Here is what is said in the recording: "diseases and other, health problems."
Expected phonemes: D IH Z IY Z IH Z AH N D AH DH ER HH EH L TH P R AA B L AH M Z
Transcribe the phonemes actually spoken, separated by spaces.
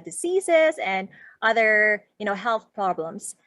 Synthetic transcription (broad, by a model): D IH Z IY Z IH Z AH N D AH DH ER HH EH L TH P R AA B L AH M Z